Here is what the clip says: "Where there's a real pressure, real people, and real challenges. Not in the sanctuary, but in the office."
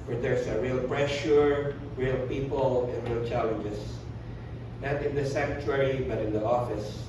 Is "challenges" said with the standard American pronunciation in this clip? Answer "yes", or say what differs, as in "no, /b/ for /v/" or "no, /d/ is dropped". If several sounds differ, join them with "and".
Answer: no, /s/ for /z/